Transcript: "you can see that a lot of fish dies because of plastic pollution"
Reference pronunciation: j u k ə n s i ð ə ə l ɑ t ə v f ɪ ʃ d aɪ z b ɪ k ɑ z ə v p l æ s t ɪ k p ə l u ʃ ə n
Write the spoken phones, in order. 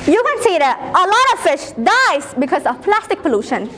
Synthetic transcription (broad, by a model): j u k ə n s i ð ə ə l ɑ t ə v f ɪ ʃ d aɪ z b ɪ k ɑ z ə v p l æ s t ɪ k p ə l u ʃ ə n